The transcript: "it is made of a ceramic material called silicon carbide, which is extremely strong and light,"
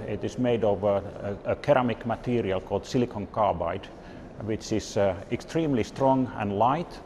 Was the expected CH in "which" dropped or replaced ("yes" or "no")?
no